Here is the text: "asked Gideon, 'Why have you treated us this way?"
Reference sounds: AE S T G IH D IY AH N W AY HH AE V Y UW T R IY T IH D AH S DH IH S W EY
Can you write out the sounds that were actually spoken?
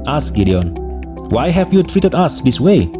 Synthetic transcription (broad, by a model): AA S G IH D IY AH N W AY HH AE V Y UW T R IY T IH D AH S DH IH S W EY